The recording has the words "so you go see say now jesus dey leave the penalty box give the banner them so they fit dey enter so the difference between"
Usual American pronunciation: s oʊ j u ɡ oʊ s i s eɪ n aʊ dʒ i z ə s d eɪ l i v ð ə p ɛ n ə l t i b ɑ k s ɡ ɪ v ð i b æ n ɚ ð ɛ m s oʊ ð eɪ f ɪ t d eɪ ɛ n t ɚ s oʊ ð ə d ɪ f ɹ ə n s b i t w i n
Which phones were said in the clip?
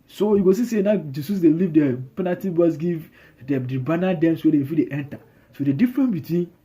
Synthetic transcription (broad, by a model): s oʊ j u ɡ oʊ s i s eɪ n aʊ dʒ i s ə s d eɪ l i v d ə p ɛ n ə t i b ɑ s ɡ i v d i b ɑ n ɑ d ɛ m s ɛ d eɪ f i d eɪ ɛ n t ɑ s oʊ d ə d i f ɹ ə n b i t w i n